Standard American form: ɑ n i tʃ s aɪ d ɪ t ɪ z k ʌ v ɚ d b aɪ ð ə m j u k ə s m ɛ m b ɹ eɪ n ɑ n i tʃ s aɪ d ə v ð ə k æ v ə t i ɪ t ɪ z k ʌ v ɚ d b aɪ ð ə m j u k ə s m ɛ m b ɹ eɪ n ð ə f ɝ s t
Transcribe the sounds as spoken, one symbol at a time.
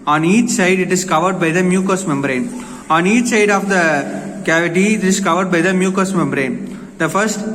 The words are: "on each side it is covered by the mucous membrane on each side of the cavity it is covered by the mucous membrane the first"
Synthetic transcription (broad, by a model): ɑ n i tʃ s aɪ d ɪ t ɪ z k ʌ v ɚ d b aɪ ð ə m j u k ə s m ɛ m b ɹ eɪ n ɑ n i tʃ s aɪ d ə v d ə k æ v ə t i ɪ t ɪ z k ʌ v ɚ d b aɪ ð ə m j u k ə s m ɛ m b ɹ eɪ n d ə f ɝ s t